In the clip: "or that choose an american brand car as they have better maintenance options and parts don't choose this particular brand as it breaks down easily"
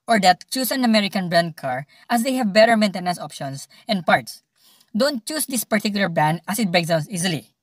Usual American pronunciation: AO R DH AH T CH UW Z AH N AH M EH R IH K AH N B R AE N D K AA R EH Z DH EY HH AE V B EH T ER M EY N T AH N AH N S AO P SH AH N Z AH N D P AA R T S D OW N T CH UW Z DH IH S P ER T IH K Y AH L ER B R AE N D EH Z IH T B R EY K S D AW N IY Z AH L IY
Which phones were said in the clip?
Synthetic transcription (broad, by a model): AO R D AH T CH UW S AH N AH M EH R IH K AH N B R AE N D K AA R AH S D EY HH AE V B EH T ER M EY N T AH N AH N S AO P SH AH N S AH N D P AA R T S D OW N T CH UW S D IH S P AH T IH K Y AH L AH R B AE N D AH S IH T B R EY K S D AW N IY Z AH L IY